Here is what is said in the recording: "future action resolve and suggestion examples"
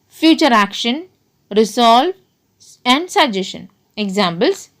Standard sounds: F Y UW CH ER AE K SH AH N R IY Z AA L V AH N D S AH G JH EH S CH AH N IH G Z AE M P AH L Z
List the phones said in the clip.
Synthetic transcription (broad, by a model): F Y UW CH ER AE K SH AH N R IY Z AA L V AH N D S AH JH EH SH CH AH N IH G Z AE M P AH L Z